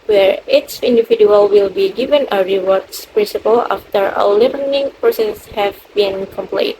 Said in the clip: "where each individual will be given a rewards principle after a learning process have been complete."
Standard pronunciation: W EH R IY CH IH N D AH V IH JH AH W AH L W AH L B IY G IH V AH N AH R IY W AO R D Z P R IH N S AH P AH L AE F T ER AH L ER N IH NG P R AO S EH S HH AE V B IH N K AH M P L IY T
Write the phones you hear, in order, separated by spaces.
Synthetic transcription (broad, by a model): W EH R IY S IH N D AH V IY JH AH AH L W AH L B IY G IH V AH N AH R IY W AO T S P R IH N S AH P AH L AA F T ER AH L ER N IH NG P R AO S EH S HH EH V B IH N K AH M P L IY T